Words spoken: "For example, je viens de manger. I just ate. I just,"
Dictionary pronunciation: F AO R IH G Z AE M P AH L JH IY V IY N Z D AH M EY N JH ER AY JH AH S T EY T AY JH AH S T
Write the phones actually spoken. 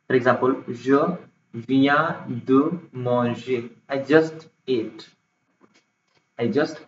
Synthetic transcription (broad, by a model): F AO R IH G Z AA M P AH L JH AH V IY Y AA D AH M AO JH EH AY JH AH S T EY T AY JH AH S T